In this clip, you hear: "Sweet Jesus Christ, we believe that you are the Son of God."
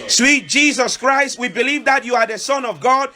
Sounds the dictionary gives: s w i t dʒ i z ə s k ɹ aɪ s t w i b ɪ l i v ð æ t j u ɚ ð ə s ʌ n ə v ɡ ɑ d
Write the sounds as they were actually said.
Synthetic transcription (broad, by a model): s w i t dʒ i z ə s k ɹ aɪ s t w i b ɪ l i v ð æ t j u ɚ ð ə s ʌ n ə v ɡ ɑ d